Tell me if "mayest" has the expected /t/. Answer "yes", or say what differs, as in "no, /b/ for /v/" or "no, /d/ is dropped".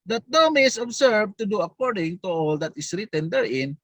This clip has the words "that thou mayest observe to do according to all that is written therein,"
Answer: no, /t/ is dropped